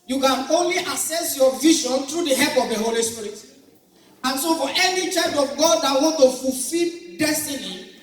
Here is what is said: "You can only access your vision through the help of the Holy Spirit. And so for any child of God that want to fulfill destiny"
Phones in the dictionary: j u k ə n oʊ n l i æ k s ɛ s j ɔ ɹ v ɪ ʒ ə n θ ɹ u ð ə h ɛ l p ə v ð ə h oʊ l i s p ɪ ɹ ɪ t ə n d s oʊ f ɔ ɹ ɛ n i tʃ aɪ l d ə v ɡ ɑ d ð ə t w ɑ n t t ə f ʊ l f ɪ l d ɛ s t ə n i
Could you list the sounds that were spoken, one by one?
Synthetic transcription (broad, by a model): j u k ə n oʊ n l i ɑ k s ɛ s j ɔ v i ʃ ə n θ ɹ u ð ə h ɛ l p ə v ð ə h oʊ l i s p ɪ ɹ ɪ t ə n s oʊ f ɔ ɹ ɛ n i tʃ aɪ d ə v ɡ ɑ d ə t w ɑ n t t ə f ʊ l f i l d ɛ s t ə n i